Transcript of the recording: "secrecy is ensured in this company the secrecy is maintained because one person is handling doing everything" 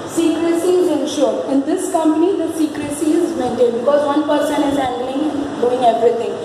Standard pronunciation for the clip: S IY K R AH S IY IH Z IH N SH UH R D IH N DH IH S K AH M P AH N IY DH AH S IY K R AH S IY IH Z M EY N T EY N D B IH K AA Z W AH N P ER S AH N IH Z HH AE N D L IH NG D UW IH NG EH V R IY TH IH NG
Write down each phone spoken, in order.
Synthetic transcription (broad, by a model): S IY K R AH S IY IH Z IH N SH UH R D IH N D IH S K AH M P AH N IY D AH S IY K R AH S IY IH Z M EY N T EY D B IH K AA Z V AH N P ER S AH N IH Z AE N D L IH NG D UW IH NG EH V R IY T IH NG